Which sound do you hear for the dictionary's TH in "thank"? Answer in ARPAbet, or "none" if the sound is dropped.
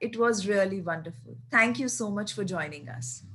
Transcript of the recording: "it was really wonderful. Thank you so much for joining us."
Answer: T